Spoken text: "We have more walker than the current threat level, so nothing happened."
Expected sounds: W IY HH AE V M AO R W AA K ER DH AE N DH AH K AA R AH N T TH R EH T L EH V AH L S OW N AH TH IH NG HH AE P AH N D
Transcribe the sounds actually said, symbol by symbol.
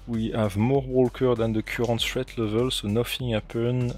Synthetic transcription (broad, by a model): W IY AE V M AO R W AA K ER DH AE N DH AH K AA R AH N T T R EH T L EH V AH L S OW N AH F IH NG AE P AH N